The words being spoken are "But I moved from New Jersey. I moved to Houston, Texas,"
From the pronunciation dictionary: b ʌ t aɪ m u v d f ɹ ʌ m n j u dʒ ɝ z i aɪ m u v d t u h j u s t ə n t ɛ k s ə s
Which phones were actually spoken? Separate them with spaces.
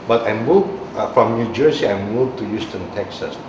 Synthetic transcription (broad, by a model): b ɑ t aɪ m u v f ɹ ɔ m n j u dʒ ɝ s i aɪ m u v t u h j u s t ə n t ɛ k s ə s